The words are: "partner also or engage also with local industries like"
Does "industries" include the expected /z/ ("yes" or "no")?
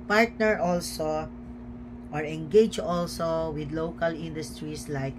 no